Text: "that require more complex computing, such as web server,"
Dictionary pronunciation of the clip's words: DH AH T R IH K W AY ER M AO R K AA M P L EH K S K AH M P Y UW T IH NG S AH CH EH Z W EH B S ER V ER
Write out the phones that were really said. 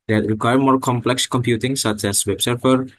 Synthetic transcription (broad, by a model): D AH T R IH K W AY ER M AO R K AA M P L EH K S K AH M P Y UW T IH NG S AH CH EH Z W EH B S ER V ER